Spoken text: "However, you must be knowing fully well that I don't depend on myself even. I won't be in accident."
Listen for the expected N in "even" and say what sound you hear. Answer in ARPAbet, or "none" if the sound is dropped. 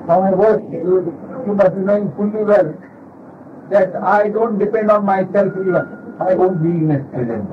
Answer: none